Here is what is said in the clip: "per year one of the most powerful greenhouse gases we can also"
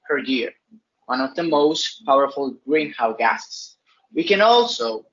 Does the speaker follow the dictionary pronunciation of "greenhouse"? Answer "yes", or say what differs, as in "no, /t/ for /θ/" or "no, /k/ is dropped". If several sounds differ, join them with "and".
no, /s/ is dropped